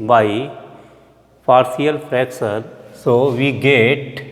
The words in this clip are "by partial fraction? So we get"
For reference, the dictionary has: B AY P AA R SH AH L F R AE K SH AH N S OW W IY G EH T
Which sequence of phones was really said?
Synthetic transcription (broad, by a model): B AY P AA R S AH L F R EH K S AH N S OW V IY G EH T